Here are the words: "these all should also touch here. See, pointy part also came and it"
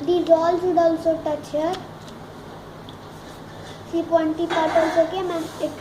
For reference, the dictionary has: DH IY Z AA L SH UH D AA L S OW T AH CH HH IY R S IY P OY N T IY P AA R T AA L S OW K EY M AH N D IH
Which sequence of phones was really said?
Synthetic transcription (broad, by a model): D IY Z AA L S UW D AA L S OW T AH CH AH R S IY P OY N T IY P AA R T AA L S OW K EY M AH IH